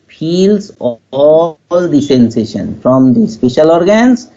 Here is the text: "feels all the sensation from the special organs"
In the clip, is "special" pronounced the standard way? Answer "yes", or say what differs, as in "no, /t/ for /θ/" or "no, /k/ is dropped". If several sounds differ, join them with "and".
yes